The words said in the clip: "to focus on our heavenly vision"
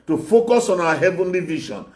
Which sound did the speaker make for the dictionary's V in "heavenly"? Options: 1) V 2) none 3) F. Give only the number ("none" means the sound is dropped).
1